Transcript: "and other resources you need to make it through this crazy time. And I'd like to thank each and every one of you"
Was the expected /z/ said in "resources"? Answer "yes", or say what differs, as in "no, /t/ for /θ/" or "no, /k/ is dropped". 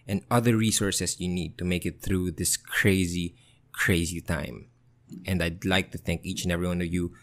no, /s/ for /z/